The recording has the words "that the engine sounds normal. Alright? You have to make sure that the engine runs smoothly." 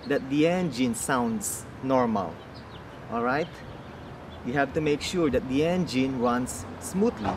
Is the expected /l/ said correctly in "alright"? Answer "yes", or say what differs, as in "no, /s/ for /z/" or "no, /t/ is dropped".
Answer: yes